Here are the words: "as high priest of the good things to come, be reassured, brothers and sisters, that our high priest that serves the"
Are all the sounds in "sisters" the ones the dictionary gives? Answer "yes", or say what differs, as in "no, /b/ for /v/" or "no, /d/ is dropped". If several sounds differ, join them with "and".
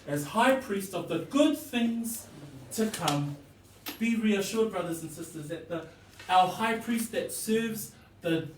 yes